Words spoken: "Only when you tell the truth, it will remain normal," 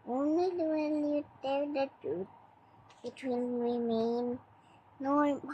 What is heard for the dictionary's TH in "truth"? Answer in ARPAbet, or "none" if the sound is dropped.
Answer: T